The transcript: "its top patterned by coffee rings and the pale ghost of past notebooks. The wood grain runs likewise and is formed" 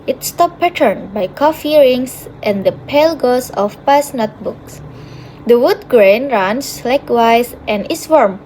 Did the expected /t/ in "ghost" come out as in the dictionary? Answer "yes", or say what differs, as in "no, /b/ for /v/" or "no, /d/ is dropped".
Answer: no, /t/ is dropped